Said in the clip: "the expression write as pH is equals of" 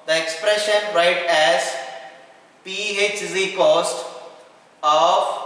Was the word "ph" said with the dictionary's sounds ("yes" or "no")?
yes